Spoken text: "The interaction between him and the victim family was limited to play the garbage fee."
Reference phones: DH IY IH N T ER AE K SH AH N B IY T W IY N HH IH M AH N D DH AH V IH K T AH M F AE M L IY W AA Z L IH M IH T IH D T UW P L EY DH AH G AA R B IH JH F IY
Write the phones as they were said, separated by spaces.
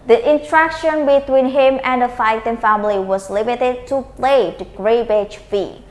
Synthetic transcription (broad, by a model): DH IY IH N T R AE K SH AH N B IY T W IY N HH IH M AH N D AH F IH T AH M F AE M L IY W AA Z L IH M IH T IH D T UW P L EY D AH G R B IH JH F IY